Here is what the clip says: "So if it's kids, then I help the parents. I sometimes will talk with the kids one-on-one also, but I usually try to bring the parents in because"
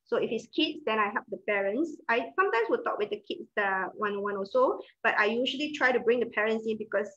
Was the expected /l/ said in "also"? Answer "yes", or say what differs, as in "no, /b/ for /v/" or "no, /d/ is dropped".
no, /l/ is dropped